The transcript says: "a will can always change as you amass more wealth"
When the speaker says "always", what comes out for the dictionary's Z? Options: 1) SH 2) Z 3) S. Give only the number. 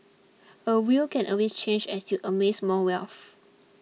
3